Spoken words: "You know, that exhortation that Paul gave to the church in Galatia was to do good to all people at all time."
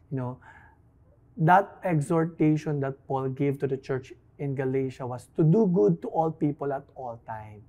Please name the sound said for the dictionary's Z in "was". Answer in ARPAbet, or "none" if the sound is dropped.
S